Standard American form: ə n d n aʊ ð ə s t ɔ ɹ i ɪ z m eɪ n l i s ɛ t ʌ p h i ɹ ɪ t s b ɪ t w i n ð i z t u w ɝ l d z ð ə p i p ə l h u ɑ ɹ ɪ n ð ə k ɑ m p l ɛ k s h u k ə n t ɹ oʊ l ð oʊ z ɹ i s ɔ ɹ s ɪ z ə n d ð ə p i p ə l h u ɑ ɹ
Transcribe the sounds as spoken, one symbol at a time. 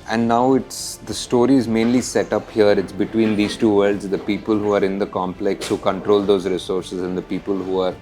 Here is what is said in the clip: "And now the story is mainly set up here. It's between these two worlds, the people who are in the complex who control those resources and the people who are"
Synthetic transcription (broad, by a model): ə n d n aʊ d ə s t ɔ ɹ i ɪ z m eɪ n l i s ɛ t ʌ p h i ɹ ɪ t s b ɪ t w i n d i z t u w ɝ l d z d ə p i p ə l h u ɑ ɹ ɪ n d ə k ɑ m p l ɛ k s h u k ə n t ɹ oʊ l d oʊ z ɹ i s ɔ ɹ s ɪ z ə n d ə p i p ə l h u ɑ ɹ